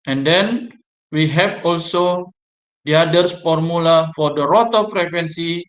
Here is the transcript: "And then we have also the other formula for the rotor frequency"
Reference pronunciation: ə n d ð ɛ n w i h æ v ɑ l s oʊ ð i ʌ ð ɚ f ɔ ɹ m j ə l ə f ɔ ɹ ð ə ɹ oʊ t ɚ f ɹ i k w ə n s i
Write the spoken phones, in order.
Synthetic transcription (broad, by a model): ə n d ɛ n w i h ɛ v ɑ l s oʊ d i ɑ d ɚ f ɔ ɹ m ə l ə f ɔ ɹ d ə ɹ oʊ t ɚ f ɹ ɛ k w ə n s i